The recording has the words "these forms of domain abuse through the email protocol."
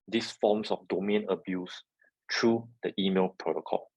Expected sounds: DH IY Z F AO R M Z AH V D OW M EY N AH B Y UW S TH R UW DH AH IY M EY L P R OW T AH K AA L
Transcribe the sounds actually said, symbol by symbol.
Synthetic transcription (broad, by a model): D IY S F AO M S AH F D OW M EY N AH B Y UW S T R UW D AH IY M EY L P R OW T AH K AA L